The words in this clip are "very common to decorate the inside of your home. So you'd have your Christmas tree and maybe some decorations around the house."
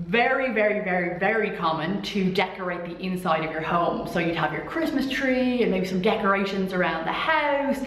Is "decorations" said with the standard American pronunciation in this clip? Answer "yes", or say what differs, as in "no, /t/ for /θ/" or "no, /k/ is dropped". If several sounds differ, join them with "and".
yes